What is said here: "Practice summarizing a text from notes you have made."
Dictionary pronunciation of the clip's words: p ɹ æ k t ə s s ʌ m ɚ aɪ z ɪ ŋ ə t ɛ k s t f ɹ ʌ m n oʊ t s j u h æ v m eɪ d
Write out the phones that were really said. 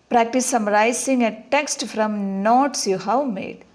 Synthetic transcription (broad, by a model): p ɹ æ k t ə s s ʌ m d aɪ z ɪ ŋ ə t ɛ k s t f ɹ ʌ m n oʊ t s j u h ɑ w m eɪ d